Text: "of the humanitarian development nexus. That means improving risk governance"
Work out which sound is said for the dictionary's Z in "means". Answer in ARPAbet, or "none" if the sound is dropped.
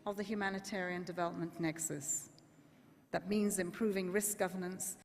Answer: Z